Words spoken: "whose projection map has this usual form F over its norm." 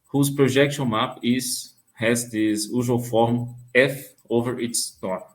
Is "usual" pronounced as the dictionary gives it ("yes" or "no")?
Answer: no